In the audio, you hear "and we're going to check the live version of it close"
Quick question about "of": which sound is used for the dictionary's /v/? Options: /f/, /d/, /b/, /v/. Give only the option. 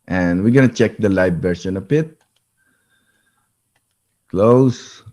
/b/